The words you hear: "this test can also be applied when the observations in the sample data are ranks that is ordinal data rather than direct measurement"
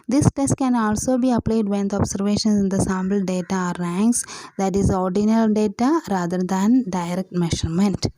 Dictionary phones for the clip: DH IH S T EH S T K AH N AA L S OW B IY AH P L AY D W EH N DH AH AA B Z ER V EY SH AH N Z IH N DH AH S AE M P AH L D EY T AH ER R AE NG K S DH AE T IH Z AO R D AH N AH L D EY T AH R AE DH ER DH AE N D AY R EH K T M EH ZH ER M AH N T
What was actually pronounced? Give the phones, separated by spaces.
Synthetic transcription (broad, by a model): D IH S T EH S T K AH N AA L S OW B IY AH P L AY D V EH N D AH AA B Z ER V EY SH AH N S IH N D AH S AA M B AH L D EY T AH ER R AE NG K S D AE T IH Z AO R D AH N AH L D EY T AH R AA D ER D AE N D AY R EH K T M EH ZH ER M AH N T